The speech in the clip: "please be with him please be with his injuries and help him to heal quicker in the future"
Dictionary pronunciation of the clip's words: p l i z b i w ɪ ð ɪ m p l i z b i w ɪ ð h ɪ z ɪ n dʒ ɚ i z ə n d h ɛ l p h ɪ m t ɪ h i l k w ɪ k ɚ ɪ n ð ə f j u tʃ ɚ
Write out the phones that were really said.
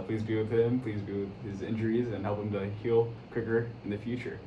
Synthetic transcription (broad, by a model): p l i z b i w ɪ ð ɪ m p l i z b i w ɪ ð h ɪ z ɪ n dʒ ɚ i z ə n h ɛ l p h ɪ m t ɪ h i l k w ɪ k ɚ ɪ n ð ə f j u tʃ ɚ